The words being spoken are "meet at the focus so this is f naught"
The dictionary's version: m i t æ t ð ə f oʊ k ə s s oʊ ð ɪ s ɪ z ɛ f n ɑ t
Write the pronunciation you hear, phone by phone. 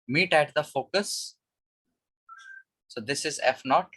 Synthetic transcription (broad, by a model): m i t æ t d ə f oʊ k ə s s oʊ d ɪ s ɪ z ɛ f n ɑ t